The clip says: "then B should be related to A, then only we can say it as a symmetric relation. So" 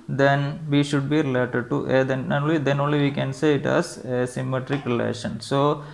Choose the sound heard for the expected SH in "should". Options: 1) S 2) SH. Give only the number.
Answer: 2